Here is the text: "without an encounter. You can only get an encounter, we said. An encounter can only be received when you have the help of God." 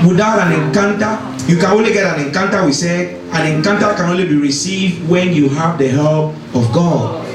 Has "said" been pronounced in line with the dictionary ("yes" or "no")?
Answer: no